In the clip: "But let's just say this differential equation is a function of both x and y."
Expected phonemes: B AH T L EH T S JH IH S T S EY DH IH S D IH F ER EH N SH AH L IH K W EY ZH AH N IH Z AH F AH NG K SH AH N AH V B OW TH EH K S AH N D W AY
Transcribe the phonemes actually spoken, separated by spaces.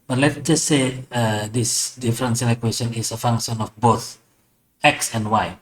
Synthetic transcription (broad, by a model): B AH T L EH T JH IH S T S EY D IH S D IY F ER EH N S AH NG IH K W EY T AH N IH S AH F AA NG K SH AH N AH F B OW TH EH K S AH N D W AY